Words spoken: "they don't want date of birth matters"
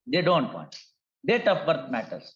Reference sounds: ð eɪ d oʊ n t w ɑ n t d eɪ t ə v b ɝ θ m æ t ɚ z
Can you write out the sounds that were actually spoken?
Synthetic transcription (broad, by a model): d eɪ d oʊ n t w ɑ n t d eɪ t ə p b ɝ t m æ t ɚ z